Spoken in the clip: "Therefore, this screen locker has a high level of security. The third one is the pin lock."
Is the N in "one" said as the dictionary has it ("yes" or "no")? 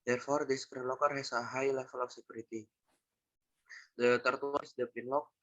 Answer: no